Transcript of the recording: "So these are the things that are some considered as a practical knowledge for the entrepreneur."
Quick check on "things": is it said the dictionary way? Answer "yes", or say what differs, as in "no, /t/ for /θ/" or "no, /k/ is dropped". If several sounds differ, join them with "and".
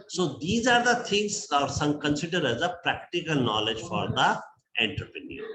no, /t/ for /θ/